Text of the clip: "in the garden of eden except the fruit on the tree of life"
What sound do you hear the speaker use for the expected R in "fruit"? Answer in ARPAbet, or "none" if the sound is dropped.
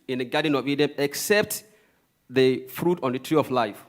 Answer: R